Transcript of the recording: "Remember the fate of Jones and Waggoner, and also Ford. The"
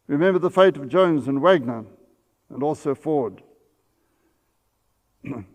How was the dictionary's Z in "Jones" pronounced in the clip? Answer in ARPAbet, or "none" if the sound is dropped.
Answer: Z